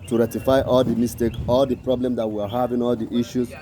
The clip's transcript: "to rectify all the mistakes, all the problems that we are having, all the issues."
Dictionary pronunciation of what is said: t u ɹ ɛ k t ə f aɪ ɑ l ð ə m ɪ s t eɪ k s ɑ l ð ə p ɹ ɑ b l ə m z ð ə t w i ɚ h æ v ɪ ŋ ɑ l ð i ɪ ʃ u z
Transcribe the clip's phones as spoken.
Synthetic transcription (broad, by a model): t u ɹ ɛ t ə f aɪ ɑ l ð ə m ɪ s t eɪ k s ɑ l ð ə p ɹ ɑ b l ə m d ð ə t w i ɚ h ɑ v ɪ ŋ ɑ l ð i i ʃ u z